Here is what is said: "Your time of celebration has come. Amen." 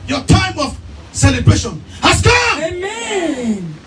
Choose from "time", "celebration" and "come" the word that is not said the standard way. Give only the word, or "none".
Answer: come